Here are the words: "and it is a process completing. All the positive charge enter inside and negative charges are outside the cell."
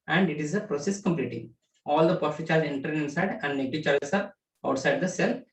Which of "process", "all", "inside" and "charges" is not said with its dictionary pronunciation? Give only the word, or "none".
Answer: charges